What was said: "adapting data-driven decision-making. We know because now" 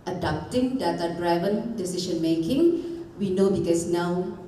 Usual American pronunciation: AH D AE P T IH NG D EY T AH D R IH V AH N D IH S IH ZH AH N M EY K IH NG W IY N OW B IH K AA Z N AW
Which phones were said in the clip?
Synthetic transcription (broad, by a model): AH D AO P T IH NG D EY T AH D R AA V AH N D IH S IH SH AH N M EY K IH NG W IY N OW B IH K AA S N AW